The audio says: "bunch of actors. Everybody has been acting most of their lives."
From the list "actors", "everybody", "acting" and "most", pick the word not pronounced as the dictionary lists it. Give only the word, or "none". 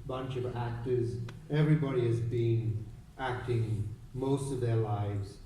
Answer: none